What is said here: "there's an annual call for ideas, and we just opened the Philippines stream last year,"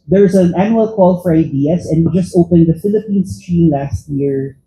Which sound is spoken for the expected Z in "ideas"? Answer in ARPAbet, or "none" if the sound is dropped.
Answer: S